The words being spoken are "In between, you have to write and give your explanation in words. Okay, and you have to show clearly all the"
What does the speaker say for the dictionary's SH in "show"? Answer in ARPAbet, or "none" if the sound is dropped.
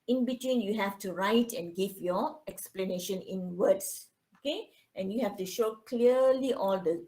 SH